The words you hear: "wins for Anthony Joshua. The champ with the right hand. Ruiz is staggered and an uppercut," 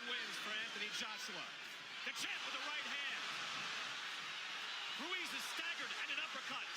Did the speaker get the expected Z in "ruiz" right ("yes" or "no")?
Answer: yes